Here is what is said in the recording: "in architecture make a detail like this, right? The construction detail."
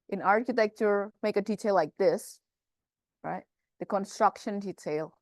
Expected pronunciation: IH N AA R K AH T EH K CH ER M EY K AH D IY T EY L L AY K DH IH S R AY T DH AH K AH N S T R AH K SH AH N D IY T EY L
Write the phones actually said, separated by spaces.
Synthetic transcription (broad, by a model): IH N AA R K AH T EH K CH ER M EY K AH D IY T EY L L AY K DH IH S R AY T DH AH K AH N S T R AH K SH AH N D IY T EY L